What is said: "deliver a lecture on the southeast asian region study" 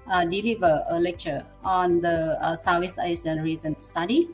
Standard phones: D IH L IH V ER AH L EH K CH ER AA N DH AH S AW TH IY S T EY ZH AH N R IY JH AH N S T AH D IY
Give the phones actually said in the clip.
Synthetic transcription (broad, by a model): D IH L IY V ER AH L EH K CH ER AA N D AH S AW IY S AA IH S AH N R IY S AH N S T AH D IY